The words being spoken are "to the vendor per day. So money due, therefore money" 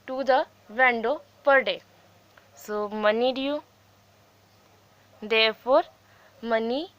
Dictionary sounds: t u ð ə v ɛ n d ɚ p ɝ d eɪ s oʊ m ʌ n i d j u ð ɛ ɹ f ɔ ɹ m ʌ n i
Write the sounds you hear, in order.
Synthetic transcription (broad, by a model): t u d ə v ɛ n d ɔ p ɝ d eɪ s oʊ m ʌ n i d j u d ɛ ɹ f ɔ ɹ m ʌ n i